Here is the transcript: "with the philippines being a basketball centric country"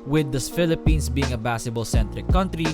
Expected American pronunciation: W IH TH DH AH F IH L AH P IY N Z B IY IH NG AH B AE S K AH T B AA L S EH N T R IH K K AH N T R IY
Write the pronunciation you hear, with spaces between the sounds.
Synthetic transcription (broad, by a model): W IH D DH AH F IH L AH P IY N S B IY IH NG AH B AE S AH B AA L S EH N T R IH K K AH N T R IY